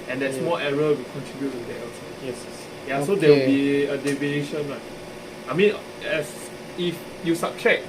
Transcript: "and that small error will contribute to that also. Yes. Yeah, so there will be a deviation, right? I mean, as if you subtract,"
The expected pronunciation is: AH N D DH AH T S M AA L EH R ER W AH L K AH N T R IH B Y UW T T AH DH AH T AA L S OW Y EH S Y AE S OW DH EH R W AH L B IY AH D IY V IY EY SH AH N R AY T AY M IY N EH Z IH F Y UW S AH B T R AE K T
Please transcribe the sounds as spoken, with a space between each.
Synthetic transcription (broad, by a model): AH N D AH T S M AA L EH R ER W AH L K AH N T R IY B Y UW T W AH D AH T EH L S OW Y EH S Y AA S OW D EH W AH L B IY AH D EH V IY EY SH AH N L AY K AY M IY N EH S IH F Y UW S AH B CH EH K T